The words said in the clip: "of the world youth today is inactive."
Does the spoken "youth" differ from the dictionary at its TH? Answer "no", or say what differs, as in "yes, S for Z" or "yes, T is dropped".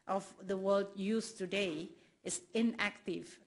yes, S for TH